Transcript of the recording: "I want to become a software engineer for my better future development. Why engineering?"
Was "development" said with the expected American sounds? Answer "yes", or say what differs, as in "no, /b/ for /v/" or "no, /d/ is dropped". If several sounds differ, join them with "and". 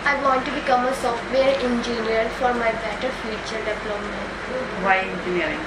no, /p/ is dropped